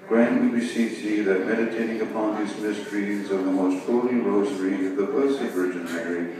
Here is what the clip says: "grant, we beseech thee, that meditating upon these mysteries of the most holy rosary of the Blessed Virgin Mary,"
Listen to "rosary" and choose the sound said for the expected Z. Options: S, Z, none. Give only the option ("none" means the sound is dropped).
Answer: Z